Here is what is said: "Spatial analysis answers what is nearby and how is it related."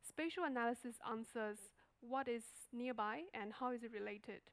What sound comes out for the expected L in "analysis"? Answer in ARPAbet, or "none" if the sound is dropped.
L